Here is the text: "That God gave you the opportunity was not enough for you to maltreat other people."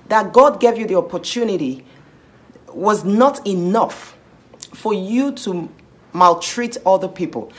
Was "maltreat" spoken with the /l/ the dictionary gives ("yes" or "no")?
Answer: yes